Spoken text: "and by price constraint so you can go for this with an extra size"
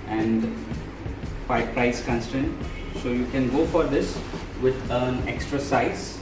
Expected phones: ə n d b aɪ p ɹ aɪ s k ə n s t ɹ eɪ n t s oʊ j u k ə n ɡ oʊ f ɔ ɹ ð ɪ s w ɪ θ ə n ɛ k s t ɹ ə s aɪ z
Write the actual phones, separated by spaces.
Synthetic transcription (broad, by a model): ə n d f aɪ p ɹ aɪ s k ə n s t eɪ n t s oʊ j u k ə n ɡ oʊ f ɔ ɹ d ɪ s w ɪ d ə n ɛ k s t ɹ ə s aɪ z